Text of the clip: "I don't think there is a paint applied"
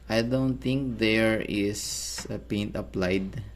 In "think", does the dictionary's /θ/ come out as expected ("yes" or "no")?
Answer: no